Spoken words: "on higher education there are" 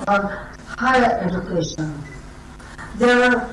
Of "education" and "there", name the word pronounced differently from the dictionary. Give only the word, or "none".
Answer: there